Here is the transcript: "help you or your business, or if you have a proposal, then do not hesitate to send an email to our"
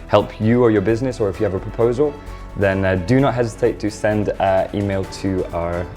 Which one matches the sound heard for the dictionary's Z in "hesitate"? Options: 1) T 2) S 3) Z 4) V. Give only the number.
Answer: 3